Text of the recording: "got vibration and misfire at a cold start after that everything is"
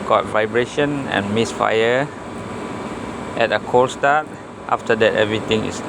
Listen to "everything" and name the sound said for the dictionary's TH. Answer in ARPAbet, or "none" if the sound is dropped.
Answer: T